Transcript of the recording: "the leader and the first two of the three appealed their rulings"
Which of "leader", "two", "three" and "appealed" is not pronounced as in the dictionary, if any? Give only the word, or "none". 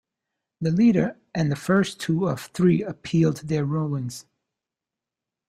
none